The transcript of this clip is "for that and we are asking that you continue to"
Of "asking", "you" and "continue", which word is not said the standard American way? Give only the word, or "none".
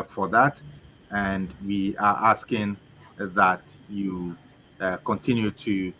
none